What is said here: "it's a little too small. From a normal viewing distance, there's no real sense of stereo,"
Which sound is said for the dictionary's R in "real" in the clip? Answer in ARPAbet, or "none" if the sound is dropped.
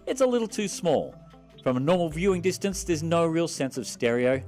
R